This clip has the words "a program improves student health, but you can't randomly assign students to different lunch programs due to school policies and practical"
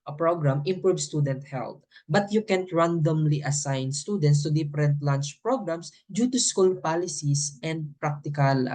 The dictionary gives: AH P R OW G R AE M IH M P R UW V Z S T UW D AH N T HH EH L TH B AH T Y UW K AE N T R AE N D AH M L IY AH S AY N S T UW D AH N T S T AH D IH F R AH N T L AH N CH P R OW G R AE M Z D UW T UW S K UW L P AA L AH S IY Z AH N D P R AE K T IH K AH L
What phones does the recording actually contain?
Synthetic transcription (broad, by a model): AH P R OW G R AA M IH M P R UW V S T UW D AH N T HH EH L T B AH T Y UW K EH N T R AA N D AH M L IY AH S AY N S T UW D AH N T S T AH D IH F R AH N T L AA N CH P R OW G R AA M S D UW T UW S K UW L P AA L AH S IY S AH N D P R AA K T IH K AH L